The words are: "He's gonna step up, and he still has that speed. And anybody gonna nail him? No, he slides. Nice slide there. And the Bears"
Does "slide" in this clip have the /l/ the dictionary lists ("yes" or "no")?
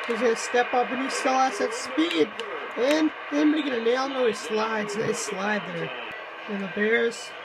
yes